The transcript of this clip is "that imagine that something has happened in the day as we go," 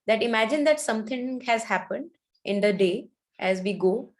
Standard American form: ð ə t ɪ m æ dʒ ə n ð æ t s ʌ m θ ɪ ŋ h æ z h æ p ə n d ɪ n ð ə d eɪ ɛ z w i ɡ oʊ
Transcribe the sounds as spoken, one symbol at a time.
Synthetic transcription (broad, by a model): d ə t ɪ m æ dʒ ə n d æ t s ʌ m t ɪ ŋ h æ z h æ p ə n d ɪ n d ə d eɪ ɛ z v i ɡ oʊ